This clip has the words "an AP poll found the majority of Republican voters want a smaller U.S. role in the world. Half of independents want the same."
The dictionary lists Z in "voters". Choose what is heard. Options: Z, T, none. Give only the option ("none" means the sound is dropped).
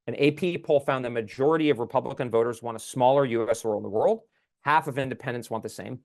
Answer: Z